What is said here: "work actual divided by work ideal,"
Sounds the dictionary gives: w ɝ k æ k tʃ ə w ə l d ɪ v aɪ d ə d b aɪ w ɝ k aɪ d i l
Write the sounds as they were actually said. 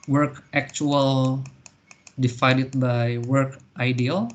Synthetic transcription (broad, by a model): w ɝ k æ k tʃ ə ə l d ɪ f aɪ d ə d b aɪ w ɝ k aɪ d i l